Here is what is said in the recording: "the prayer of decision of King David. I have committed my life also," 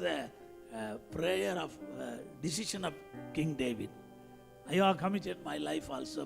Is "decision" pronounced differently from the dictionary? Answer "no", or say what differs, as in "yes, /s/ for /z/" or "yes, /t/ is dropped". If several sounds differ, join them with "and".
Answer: yes, /ʃ/ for /ʒ/